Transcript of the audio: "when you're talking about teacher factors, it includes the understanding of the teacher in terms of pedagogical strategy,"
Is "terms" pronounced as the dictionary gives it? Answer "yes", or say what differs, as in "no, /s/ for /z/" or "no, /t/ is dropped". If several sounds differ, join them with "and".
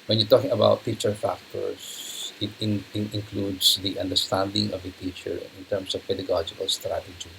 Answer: no, /s/ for /z/